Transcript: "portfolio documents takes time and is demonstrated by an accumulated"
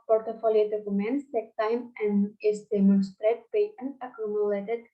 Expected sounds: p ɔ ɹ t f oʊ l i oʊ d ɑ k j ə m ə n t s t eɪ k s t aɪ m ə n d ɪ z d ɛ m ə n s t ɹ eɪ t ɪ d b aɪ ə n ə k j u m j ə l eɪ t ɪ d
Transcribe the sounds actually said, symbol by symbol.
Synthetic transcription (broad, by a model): p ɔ ɹ t f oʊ l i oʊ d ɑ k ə m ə n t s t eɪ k t aɪ m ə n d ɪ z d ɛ m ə n s t ɹ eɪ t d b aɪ ə n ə k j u m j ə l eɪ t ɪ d